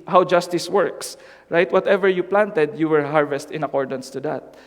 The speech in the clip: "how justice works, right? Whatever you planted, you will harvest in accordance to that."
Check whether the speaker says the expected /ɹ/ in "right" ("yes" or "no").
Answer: yes